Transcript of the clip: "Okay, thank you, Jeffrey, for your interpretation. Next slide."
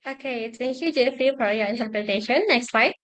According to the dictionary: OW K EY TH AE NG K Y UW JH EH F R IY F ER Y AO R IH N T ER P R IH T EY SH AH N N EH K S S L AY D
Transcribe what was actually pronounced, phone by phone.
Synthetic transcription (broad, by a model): OW K EY T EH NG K Y UW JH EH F IY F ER Y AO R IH N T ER P R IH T EY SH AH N N EH K S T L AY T